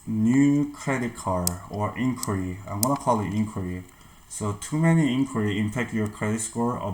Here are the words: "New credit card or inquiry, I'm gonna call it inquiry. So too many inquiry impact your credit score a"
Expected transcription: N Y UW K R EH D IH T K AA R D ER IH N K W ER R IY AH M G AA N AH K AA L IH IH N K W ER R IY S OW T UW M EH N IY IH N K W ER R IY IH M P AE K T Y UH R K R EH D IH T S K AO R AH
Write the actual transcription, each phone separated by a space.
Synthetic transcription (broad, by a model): N Y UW K R EH D IH T K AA R ER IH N K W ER R IY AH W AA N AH K AA L IH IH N K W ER R IY S OW T UW M EH N IY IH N K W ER R IY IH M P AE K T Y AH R K R EH D IH T S K AO R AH